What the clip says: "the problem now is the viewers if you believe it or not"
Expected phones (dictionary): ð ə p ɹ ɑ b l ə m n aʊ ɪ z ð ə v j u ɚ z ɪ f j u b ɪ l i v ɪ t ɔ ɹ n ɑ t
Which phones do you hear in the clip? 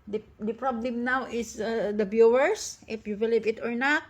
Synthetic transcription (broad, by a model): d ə p ɹ ɑ b l ə m n aʊ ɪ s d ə b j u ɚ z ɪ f j u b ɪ l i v ɪ t ɔ ɹ n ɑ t